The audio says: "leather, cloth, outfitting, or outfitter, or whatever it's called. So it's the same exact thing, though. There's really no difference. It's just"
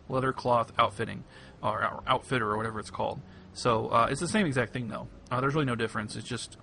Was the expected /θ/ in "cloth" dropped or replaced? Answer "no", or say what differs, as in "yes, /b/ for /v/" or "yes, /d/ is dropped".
no